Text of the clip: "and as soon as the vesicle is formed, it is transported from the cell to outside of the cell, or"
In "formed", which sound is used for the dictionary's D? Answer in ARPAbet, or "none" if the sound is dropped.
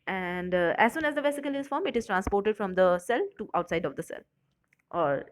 none